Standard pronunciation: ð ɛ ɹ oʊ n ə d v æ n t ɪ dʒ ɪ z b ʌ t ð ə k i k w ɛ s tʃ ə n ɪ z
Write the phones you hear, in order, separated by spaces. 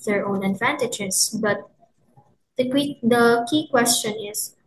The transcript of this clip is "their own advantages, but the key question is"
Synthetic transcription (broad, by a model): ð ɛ ɹ oʊ n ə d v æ n t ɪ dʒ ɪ s b ʌ t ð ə k i k w ɛ s tʃ ə n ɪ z